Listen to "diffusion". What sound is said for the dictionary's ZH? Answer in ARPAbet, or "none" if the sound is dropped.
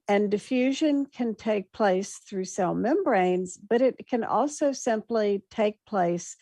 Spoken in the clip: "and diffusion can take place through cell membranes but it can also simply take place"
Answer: ZH